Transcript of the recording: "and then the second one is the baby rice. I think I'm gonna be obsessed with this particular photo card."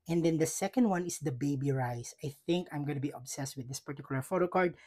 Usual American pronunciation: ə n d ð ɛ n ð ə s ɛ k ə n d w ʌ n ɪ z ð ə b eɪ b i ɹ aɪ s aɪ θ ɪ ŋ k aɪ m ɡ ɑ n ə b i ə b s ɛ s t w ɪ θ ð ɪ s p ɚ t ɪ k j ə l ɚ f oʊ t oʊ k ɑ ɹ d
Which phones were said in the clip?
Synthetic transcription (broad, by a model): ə n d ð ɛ n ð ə s ɛ k ə n d w ʌ n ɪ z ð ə b eɪ b i ɹ aɪ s aɪ θ ɪ ŋ k aɪ m ɡ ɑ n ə b i ə b s ɛ s t w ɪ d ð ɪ s p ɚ t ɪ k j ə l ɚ f oʊ t oʊ k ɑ ɹ d